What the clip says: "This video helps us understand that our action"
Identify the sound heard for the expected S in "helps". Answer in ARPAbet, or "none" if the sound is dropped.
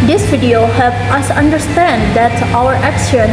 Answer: none